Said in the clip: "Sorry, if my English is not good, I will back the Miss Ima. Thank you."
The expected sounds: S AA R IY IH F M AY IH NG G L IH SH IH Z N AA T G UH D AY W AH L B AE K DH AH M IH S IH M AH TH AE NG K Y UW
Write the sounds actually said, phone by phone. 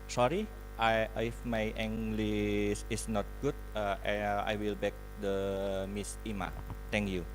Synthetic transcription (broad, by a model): S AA R IY IH F M AY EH NG G L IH S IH S N AA T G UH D AY W AH L B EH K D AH M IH S IH M AH T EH NG K Y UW